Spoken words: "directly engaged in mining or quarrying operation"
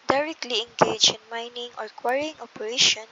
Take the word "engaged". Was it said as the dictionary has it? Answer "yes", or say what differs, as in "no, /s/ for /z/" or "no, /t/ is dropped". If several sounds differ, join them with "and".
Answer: no, /d/ is dropped